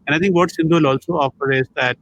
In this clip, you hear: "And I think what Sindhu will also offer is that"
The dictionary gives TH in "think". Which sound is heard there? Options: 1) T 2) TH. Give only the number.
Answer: 1